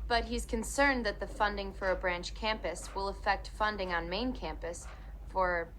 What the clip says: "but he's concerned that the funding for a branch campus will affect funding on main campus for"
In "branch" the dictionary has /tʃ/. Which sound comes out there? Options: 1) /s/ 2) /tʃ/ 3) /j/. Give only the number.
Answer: 2